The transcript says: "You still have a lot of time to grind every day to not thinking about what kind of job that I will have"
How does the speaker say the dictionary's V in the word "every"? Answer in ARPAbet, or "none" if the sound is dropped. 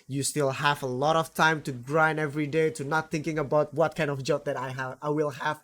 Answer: V